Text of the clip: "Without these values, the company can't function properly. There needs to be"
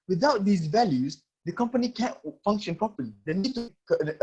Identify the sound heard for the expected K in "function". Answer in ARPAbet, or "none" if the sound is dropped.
K